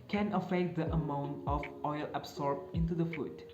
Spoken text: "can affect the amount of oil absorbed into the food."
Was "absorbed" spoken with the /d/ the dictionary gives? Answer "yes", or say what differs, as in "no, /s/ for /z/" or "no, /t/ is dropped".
no, /d/ is dropped